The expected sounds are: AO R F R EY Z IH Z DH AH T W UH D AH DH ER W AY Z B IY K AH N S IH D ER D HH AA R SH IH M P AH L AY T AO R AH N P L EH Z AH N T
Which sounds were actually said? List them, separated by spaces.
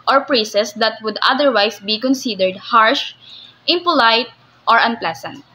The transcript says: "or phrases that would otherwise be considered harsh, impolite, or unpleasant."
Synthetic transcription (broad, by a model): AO R P R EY S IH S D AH T W UH D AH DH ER W AY S B IY K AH N S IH D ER D HH AA R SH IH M P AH L AY T AO R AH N P L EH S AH N T